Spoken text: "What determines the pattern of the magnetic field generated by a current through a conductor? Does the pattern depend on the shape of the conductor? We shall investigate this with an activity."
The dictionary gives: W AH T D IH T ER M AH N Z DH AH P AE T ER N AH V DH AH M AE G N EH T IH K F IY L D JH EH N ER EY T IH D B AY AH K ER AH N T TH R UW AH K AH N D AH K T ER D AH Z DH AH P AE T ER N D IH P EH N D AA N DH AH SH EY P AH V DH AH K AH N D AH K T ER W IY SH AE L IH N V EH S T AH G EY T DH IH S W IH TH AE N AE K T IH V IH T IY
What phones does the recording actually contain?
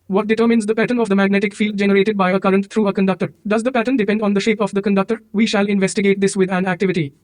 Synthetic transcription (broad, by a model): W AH T D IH T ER M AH N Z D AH P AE T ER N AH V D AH M AE G N EH T IH K F IY L D JH EH N ER EY T IH D B AY AH K ER AH N T T R UW AH K AH N D AH K T ER D AH Z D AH P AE T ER N D IH P EH N D AA N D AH SH EY P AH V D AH K AH N D AH K T ER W IY SH AE L IH N V EH S T AH G EY T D IH S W IH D AE N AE K T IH V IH T IY